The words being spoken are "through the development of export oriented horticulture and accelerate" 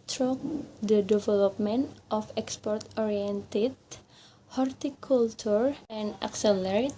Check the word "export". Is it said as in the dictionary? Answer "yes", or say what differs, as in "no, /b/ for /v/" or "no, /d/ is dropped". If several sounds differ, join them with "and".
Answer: yes